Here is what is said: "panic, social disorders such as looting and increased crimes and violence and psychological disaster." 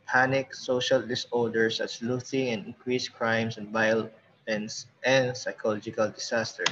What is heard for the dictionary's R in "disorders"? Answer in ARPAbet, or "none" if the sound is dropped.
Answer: L